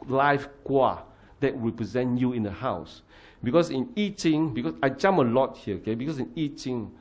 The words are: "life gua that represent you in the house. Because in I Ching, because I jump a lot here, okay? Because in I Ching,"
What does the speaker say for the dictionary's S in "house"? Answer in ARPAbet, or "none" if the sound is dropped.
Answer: S